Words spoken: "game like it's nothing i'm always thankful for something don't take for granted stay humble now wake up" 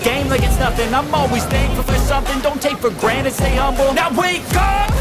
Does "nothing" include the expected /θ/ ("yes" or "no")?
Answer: no